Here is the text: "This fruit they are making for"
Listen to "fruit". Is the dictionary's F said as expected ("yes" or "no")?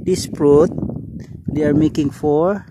no